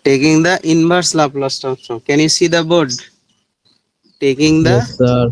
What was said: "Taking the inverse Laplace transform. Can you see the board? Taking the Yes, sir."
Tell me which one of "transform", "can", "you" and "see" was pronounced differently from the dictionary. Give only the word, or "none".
transform